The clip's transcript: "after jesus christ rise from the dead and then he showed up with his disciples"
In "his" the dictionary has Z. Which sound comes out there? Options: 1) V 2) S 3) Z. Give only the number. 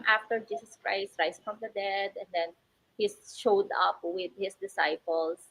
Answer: 2